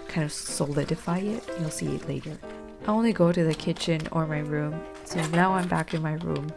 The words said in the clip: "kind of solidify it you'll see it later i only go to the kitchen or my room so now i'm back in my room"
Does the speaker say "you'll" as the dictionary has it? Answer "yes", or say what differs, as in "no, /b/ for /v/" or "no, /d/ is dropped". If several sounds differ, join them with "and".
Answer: yes